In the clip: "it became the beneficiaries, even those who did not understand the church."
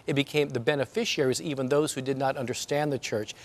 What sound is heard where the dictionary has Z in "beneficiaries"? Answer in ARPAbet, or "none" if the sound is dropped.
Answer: Z